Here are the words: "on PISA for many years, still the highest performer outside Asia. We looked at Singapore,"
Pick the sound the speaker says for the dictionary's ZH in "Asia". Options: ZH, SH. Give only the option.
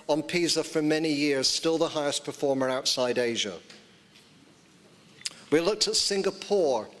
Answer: ZH